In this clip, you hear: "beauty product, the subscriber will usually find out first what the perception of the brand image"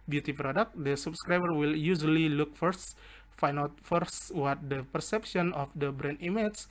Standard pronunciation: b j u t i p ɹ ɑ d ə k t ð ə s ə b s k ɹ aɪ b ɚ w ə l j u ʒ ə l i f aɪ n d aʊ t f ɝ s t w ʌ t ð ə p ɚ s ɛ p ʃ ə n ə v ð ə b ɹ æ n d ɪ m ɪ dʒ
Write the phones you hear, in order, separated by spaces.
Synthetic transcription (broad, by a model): b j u t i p ɹ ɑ d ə k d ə s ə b s k ɹ aɪ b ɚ w ə l j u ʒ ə l i f aɪ n aʊ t f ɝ s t w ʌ t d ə p ɚ s ɛ p ʃ ə n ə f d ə b ɹ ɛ n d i m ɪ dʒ